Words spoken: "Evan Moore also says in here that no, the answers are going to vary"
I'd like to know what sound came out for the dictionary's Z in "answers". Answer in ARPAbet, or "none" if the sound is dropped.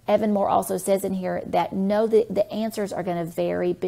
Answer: Z